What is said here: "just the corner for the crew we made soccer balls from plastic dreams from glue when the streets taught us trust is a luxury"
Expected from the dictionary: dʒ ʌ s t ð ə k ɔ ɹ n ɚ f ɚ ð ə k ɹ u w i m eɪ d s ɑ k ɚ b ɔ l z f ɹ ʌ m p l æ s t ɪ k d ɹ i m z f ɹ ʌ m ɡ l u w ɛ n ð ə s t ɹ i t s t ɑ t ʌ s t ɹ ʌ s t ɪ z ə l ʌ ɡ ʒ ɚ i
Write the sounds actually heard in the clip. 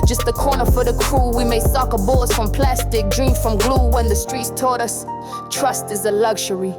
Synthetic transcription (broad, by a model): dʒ ʌ s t ð ə k ɔ ɹ n ɚ f ɚ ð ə k ɹ u w i m eɪ s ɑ k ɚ b ɔ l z f ɹ ʌ m p l æ s t ɪ k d ɹ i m f ɹ ʌ m ɡ l u w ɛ n ð ə s t ɹ i t s t ɑ t ʌ s t ɹ ʌ s t ɪ z ə l ʌ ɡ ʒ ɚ i